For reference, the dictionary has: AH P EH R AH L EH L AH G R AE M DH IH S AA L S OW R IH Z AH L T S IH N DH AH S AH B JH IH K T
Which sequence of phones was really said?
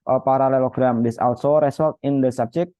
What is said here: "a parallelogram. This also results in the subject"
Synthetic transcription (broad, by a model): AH P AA R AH L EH L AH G R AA M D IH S AA L S OW R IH S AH L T IH N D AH S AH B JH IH K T